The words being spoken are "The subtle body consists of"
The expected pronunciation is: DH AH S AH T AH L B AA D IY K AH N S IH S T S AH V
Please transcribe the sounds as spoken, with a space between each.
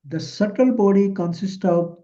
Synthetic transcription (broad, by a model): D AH S AH T AH L B AA D IY K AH N S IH S T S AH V